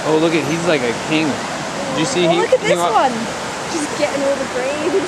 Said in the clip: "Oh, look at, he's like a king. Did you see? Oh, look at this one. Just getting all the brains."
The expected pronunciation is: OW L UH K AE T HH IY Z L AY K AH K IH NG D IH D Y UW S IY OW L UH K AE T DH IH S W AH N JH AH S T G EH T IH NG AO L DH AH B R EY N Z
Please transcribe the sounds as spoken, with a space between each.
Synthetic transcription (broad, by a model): OW L UH K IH T HH IY Z L AY K AH K IH NG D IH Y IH S IY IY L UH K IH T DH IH W AH N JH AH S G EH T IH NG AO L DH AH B R EY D